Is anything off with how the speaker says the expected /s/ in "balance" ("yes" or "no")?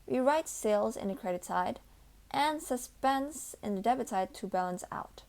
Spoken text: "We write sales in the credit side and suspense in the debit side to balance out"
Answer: no